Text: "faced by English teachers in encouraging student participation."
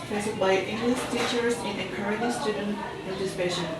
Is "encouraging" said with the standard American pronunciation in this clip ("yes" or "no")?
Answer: no